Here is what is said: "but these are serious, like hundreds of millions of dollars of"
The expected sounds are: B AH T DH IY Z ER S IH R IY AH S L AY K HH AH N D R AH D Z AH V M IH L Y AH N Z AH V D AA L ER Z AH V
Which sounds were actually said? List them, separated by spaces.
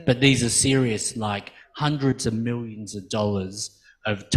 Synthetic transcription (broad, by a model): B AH T DH IY Z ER S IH R IY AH S L AY K HH AH N D R AH D Z AH V M IH L Y AH N Z AH V D AA L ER Z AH V